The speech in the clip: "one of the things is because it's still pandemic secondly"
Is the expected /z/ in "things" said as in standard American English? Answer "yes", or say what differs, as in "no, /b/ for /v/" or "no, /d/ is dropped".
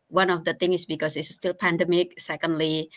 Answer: no, /z/ is dropped